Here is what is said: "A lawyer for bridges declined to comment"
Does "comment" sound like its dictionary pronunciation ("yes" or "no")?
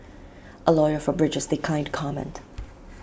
yes